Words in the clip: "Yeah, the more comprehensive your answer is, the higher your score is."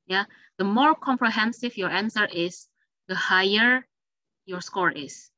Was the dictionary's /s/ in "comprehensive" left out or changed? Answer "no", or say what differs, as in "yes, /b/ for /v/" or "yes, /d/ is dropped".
no